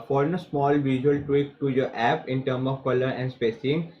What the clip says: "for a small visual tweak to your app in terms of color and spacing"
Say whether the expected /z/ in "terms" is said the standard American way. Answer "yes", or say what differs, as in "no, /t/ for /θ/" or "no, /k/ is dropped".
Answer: no, /z/ is dropped